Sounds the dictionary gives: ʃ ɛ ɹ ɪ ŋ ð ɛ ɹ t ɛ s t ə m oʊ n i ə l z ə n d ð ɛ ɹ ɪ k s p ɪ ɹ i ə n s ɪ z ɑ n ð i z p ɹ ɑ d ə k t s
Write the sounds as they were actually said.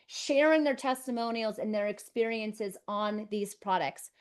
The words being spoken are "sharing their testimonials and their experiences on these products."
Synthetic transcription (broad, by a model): ʃ ɛ ɹ ɪ ŋ ð ɛ ɹ t ɛ s t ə m oʊ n i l z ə n ð ɛ ɹ ɪ k s p ɪ ɹ i ə n s ɪ z n ð i z p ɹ ɑ d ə k t s